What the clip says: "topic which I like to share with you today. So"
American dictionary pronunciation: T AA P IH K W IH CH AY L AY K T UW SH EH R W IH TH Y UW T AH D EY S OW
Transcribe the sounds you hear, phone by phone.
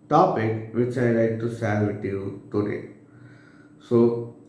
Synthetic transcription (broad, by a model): T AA P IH K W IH CH AY L AY K T UW S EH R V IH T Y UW T AH D EY S OW